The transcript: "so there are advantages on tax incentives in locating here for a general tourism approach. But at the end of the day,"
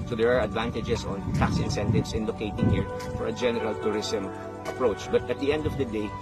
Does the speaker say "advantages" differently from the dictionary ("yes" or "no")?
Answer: yes